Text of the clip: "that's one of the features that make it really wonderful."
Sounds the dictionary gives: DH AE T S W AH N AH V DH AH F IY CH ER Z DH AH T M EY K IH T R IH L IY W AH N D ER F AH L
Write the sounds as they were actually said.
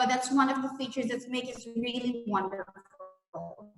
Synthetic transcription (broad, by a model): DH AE T S W AH N AH V DH AH F IY CH ER Z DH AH T M EY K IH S R IH L IY W AH N D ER F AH L